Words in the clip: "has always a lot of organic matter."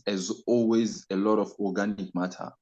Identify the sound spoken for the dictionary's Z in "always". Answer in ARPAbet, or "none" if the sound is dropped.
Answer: Z